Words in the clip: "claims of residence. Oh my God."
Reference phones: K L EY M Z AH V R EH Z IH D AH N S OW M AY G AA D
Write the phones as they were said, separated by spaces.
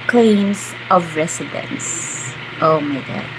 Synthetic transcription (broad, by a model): K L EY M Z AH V R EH S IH D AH N S OW M AY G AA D